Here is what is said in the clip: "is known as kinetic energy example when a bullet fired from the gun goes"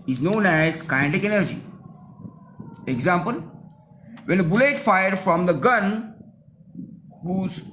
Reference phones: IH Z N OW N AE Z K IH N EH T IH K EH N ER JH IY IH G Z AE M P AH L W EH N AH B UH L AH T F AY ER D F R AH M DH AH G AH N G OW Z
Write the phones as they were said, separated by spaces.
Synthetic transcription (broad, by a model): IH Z N OW N AE Z K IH IH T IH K EH N ER JH IY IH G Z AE M P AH L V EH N AH B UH L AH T F AY ER D F R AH M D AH G AH N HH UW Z